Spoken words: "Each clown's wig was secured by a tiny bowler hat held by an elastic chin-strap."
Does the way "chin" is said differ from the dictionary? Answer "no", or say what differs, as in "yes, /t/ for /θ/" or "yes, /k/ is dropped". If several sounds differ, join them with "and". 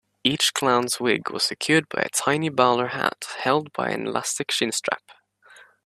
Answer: yes, /ʃ/ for /tʃ/